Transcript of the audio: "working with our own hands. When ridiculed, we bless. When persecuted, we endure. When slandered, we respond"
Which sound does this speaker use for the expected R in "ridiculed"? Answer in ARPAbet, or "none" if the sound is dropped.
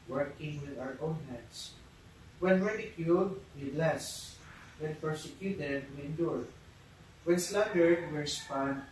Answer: W